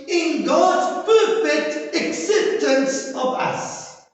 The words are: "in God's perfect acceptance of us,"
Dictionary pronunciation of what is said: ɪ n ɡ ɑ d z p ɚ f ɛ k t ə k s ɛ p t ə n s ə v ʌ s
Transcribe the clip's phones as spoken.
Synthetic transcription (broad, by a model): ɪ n ɡ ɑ d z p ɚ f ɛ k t ə k s ɛ p t ə n s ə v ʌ s